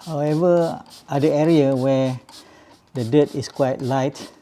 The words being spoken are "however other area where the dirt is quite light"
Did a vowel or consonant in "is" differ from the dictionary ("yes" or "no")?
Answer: yes